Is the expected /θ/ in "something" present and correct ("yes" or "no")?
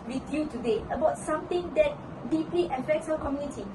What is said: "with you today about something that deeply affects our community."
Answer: no